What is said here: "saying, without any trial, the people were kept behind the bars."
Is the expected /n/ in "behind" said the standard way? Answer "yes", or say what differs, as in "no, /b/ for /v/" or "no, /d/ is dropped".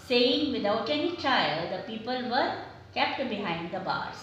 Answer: yes